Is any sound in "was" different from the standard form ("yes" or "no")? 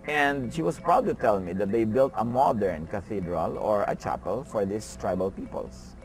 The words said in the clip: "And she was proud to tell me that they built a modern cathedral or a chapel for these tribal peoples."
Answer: yes